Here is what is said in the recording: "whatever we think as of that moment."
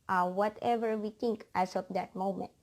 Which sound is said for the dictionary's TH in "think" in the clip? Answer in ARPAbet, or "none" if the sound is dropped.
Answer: T